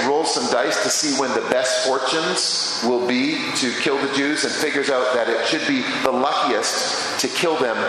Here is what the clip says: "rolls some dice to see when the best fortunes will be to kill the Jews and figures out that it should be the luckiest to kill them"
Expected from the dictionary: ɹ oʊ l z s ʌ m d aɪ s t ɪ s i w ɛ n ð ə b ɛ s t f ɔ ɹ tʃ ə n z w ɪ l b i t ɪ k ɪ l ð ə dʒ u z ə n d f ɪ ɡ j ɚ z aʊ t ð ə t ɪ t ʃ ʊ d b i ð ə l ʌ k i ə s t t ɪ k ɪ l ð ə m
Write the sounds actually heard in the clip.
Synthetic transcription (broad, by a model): ɹ oʊ l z s ʌ m d aɪ s t ɪ s i w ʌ n ð ə b ɛ s t f ɔ ɹ tʃ ə n z w ɪ l b i t ɪ k ɪ l ð ə dʒ u z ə n f ɪ ɡ j ɚ z aʊ t ð ə t ɪ t ʃ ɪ d b i ð ə l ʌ k i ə s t t ɪ k ɪ l ð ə m